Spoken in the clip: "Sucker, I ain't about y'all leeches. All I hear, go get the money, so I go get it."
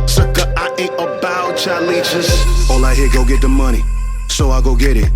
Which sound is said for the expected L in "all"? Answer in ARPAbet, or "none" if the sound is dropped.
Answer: L